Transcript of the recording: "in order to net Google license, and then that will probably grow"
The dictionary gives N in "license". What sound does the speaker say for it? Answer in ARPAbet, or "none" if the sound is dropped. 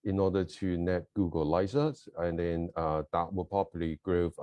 none